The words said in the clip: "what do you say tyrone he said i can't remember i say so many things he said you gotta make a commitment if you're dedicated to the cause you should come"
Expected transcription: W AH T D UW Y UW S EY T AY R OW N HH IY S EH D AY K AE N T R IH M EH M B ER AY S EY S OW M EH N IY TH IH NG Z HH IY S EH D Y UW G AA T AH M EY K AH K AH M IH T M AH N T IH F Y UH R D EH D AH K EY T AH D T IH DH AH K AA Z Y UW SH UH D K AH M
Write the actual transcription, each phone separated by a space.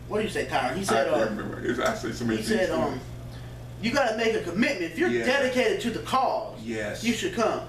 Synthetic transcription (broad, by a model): W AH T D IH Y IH S EY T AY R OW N HH IY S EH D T R IH M EH M B ER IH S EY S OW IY S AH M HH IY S EH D Y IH G AA T AH M EY K AH K AH M IH T M AH N T IH F Y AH R D EH D AH K EY T AH D T IH DH AH K AA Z Y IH SH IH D K AH M